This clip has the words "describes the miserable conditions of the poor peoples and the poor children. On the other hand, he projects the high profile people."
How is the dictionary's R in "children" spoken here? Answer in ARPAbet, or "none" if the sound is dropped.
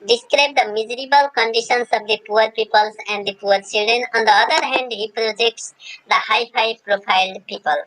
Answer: R